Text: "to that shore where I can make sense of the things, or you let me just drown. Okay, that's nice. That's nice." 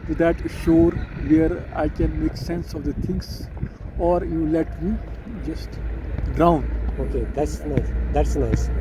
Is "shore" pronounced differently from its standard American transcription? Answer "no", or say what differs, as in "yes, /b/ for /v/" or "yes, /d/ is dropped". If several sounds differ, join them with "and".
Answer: no